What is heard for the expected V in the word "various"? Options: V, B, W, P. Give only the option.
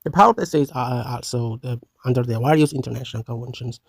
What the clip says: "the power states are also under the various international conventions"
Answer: W